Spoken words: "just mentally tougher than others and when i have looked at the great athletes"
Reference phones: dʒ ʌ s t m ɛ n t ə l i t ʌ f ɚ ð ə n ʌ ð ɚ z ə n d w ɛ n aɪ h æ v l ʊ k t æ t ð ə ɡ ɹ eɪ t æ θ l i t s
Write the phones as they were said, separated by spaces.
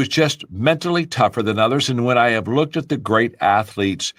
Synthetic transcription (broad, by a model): dʒ ʌ s t m ɛ n t l i t ʌ f ɚ ð ə n ʌ ð ɚ z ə n w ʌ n aɪ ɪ v l ʊ k t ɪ t ð ə ɡ ɹ eɪ t æ θ l i t s